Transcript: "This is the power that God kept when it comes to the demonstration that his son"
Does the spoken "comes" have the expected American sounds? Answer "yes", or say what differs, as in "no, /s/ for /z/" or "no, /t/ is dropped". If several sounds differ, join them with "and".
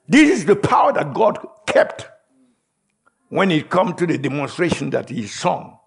no, /z/ is dropped